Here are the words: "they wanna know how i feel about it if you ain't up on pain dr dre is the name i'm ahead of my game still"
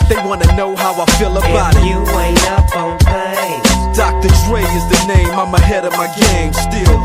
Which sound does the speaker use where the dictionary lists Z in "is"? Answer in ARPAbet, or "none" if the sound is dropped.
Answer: Z